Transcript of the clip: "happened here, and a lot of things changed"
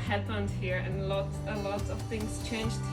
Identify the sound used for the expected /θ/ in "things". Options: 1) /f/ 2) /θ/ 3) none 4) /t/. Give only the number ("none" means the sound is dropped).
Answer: 2